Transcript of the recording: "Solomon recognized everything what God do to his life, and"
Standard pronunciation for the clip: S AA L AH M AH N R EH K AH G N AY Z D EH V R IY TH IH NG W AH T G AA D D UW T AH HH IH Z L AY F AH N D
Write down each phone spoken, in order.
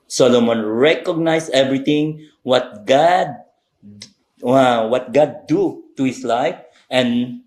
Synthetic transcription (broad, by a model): S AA L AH M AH N R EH K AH G N AY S EH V R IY T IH NG W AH T G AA D D UW T AH HH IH S L AY F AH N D